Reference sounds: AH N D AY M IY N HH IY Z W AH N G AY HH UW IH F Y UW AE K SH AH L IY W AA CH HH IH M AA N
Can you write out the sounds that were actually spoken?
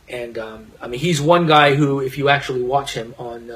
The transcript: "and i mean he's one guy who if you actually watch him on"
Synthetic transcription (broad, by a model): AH N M AY M IY N HH IY Z W AH N G AY HH UW IH F Y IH AE K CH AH L IY W AA CH HH IH M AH N